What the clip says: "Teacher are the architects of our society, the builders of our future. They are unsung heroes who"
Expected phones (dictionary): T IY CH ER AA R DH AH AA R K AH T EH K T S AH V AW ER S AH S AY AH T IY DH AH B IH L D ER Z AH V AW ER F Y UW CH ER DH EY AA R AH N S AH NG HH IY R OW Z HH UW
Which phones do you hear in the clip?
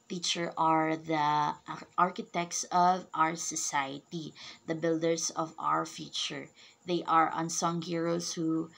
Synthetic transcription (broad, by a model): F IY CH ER AA R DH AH AA R K AH T EH K T S AH V AW ER S AH S AY AH T IY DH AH B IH L D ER S AH V AW ER F Y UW CH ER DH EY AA R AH N S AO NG HH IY R OW S HH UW